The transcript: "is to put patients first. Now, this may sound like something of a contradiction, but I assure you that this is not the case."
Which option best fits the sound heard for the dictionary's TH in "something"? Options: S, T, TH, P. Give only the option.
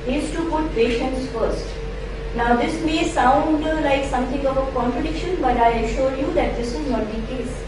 T